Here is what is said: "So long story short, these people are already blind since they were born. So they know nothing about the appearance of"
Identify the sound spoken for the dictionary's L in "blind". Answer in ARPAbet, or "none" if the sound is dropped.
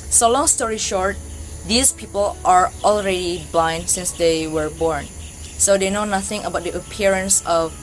L